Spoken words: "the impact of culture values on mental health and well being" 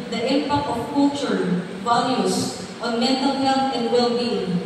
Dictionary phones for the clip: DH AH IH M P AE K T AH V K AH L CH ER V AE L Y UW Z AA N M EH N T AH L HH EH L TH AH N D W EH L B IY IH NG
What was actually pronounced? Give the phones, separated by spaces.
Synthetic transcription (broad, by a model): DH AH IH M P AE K T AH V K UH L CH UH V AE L Y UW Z AA N M EH N T AH L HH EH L T AH N D W EH L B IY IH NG